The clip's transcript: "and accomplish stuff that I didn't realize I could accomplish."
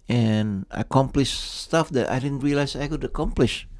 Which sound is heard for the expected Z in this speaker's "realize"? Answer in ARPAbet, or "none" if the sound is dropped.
S